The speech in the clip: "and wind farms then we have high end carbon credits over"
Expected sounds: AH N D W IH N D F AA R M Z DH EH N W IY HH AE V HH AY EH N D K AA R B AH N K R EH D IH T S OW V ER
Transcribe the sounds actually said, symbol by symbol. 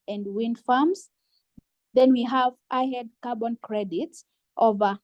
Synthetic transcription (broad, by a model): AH N D W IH N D F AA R M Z DH EH N W IY HH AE V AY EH D K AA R B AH N K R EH D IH T S OW V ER